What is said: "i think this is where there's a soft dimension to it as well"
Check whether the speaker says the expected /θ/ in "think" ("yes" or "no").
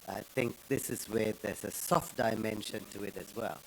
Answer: yes